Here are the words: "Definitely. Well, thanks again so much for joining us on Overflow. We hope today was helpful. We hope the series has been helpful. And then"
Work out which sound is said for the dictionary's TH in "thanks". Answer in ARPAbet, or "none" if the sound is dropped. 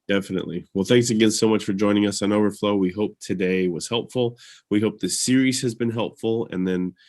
TH